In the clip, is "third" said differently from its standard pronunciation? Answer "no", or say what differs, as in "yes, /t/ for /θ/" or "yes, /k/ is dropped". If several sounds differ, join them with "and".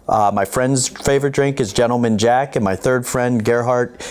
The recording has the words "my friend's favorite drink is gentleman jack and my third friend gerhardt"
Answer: no